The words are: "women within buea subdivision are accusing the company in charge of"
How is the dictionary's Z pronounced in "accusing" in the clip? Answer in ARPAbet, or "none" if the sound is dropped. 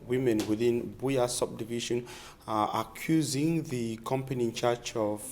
Z